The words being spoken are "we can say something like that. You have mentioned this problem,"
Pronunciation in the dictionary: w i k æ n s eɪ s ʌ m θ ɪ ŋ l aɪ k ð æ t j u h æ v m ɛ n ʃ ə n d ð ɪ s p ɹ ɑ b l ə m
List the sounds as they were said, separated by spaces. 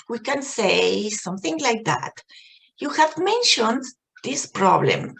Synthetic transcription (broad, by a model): w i k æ n s eɪ s ʌ m θ ɪ ŋ l aɪ k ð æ t j u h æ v m ɛ n ʃ ə n d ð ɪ s p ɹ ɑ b l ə m